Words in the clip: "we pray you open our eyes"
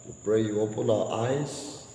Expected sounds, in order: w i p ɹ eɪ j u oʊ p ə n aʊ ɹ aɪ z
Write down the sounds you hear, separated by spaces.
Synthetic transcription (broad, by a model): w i b ɹ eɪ j u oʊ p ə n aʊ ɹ aɪ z